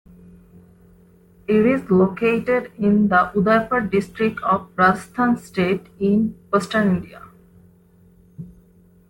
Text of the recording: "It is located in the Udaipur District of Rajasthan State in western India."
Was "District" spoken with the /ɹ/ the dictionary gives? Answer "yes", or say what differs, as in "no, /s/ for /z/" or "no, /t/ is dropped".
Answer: yes